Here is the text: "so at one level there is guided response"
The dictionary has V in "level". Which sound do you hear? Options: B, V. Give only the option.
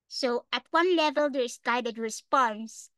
V